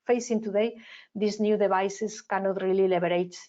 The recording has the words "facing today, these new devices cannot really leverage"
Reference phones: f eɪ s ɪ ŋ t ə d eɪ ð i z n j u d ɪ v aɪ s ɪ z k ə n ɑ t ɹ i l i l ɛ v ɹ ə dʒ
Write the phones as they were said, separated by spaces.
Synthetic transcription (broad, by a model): f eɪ s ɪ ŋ t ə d eɪ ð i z n j u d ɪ b aɪ s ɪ s k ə n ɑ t ɹ i l i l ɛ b ɹ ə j